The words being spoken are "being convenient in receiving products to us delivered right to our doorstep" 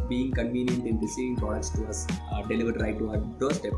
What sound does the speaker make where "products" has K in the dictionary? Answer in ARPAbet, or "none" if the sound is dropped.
none